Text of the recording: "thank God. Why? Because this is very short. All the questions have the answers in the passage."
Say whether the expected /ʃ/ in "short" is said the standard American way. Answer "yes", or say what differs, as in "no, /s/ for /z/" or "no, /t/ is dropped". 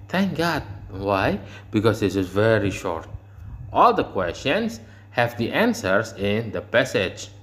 yes